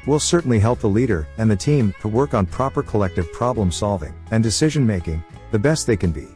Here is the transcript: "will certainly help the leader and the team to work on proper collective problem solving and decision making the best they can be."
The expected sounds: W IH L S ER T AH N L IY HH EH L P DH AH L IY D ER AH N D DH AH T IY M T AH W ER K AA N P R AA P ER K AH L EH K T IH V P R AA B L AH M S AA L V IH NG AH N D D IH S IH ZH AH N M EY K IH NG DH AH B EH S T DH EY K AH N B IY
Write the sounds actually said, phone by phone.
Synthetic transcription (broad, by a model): W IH L S ER T N L IY HH EH L P DH AH L IY D ER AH N DH AH T IY M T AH W ER K N P R AA P ER K AH L EH K T IH V P R AA B L AH M S AA L V IH NG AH N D D IH S IH ZH AH N M EY K IH NG DH AH B EH S T DH EY K AH N B IY